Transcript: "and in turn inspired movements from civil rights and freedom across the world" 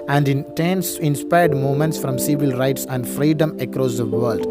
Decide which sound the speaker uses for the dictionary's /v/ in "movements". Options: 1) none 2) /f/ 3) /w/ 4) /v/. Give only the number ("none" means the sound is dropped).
1